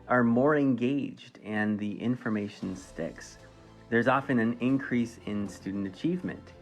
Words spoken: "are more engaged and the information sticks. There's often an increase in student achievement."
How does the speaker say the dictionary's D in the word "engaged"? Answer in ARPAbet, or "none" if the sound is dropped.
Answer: D